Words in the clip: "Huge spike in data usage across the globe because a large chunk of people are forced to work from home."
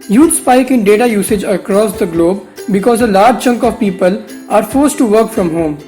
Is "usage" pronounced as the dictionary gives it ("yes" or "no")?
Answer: yes